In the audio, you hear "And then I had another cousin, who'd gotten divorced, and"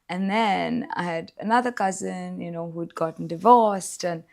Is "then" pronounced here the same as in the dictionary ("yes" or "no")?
yes